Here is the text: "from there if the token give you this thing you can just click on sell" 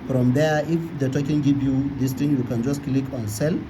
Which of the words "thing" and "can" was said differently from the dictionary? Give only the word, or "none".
thing